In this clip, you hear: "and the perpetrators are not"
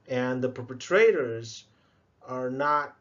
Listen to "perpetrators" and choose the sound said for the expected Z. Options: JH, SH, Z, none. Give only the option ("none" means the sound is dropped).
Z